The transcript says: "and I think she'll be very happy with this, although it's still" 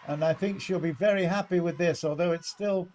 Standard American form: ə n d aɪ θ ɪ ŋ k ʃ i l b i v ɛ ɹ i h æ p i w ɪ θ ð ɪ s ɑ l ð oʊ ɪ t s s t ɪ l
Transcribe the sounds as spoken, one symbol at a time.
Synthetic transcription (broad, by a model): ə n aɪ θ ɪ ŋ k ʃ i l b i v ɛ ɹ i h æ p i w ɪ ð ɪ s ɑ l ð oʊ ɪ t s s t ɪ l